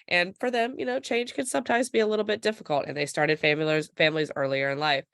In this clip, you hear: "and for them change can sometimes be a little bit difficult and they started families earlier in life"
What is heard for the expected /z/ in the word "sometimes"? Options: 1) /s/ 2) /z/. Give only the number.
2